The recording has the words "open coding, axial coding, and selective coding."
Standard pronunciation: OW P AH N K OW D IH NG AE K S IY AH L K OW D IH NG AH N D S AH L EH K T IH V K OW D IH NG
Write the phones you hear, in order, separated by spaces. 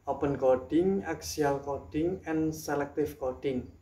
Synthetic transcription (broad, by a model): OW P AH N K OW D IH NG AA K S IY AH L K OW D IH NG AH N S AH L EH K T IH F K OW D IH NG